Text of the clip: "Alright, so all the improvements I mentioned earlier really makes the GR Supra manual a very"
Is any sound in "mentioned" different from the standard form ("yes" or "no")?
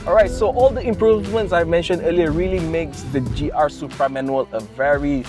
no